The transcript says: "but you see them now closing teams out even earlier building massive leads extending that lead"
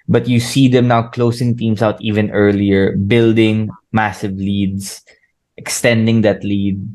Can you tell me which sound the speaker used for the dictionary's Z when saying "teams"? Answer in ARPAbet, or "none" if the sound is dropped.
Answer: S